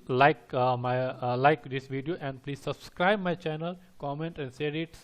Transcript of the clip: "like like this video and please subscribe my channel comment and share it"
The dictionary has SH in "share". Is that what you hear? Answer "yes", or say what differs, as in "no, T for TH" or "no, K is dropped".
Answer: no, S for SH